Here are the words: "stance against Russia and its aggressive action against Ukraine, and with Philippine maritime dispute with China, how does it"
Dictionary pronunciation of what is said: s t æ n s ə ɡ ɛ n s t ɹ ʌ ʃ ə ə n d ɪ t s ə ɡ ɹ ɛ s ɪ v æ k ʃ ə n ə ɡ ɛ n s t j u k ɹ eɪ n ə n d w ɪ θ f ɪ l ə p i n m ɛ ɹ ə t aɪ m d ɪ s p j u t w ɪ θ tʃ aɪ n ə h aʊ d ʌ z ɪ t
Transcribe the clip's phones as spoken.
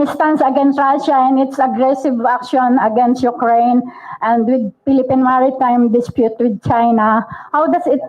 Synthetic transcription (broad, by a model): s t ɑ n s ə ɡ ɛ n s t ɹ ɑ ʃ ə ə n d ɪ t s ə ɡ ɹ ɛ s ɪ v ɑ k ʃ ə n ə ɡ ɛ n s t j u k ɹ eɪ n ə n d w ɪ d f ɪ l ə p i n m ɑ ɹ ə t aɪ m d ɪ s p j u t w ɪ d tʃ aɪ n ə h aʊ d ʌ s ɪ t